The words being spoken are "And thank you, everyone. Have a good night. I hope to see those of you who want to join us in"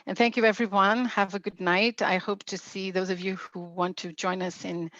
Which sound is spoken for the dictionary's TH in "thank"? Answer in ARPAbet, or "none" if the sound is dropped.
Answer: TH